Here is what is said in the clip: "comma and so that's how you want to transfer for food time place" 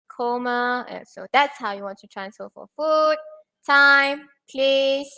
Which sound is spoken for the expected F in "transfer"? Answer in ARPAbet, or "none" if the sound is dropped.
none